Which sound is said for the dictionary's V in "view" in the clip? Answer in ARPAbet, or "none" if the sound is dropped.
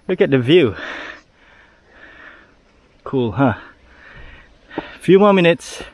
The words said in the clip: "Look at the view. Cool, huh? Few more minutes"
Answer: V